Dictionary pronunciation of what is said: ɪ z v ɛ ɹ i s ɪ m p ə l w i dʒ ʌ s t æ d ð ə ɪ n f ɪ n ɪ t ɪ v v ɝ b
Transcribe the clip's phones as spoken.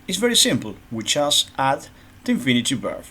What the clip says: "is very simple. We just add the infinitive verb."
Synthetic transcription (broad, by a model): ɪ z v ɛ ɹ i s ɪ m p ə l w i tʃ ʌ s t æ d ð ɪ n f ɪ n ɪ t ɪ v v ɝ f